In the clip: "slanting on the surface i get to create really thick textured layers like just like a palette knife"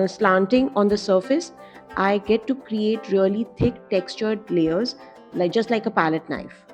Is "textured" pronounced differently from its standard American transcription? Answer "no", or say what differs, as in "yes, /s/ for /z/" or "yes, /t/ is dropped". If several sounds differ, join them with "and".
no